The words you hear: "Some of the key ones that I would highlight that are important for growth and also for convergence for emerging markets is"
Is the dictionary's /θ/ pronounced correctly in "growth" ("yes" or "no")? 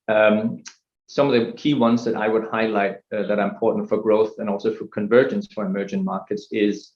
yes